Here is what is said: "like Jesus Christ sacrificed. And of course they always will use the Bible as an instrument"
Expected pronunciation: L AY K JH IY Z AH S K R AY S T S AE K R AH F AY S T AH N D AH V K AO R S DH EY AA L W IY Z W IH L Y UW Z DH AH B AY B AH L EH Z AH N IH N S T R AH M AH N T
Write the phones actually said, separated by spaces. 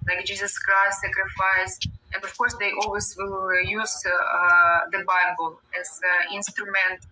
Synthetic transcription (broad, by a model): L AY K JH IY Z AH S K AY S S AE K R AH F AY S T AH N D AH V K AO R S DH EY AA L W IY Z W IH L Y UW Z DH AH B AY B AH L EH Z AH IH N S T R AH M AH N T